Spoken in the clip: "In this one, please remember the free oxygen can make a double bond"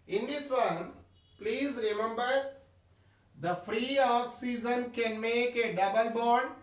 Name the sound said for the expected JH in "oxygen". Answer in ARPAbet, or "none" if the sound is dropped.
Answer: Z